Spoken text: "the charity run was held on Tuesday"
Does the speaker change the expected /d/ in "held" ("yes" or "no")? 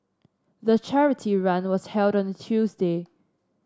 no